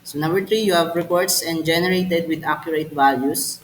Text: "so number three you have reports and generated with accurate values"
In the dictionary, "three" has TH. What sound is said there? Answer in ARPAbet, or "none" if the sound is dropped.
T